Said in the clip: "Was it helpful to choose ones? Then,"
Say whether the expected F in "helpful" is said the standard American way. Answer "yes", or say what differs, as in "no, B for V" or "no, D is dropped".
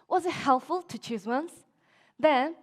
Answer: yes